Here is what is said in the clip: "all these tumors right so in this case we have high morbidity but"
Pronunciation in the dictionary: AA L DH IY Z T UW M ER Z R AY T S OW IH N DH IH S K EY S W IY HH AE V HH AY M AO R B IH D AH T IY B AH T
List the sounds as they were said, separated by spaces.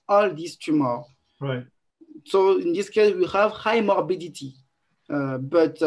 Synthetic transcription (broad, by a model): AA L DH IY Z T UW M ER R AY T S OW IH N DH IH S K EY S W IY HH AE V HH AY M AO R B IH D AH T IY B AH T